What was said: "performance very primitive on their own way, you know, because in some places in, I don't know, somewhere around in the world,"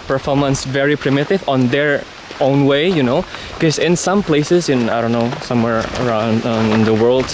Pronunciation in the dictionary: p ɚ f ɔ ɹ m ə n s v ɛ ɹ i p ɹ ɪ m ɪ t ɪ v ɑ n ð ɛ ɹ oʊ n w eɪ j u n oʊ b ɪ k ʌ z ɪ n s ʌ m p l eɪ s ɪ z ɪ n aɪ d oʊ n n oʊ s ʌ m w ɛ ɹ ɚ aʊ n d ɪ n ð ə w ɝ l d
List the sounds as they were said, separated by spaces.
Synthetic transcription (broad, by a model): p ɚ f ɔ ɹ m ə n s v ɛ ɹ i p ɹ ɪ m ɪ t ɪ v ɑ n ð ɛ ɹ oʊ n w eɪ j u n oʊ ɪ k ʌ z ɪ n s ʌ m p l eɪ s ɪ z ɪ n aɪ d oʊ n n oʊ s ʌ m w ɛ ɹ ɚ aʊ n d ɪ n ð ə w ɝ l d